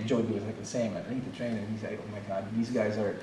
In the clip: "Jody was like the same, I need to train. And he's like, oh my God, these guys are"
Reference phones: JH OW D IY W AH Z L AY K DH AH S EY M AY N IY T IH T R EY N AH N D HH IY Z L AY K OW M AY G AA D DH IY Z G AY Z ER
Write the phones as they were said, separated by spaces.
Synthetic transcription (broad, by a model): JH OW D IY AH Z L AY K DH AH S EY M AY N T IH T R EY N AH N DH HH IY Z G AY OW M AY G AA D DH IY Z G AY Z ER